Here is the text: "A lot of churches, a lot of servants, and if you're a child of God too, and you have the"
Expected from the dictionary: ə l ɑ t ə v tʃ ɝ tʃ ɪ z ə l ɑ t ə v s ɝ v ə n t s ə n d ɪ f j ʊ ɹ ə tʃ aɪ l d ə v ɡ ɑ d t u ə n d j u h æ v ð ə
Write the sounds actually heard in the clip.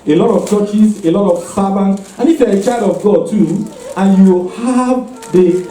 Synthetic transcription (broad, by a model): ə l ɑ t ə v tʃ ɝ tʃ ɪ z ə l ɑ t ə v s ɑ b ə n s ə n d ɪ f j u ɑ ə tʃ aɪ l d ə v ɡ ɑ d t u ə n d j u h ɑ v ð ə